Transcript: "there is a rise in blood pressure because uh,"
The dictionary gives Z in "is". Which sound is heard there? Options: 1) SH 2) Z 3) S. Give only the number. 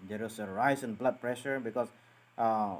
3